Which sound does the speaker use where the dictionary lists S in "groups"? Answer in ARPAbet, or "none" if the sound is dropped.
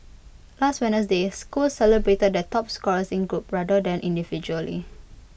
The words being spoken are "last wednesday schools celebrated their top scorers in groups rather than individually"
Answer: none